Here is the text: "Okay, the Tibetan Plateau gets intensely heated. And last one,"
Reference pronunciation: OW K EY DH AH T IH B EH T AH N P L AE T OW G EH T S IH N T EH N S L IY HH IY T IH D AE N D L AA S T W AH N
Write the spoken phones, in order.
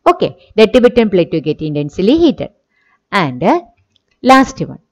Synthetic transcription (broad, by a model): OW K EY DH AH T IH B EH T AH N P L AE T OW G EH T IH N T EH N S L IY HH IY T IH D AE N D L AA S T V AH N